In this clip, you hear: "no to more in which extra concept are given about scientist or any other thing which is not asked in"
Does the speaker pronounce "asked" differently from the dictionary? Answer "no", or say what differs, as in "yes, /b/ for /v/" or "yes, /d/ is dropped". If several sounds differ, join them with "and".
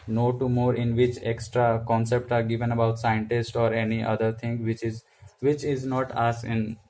yes, /t/ is dropped